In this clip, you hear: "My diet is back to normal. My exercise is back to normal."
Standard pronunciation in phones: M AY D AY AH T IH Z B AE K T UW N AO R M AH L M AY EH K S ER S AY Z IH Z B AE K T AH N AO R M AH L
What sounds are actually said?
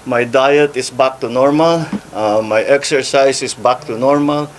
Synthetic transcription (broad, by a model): M AY D AY AH T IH S B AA K T UW N AO R M AH L M AY EH K S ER S AY S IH S B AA K T AH N AO R M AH L